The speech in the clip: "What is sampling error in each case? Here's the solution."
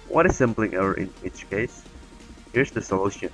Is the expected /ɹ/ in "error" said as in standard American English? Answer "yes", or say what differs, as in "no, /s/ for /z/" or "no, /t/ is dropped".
no, /ɹ/ is dropped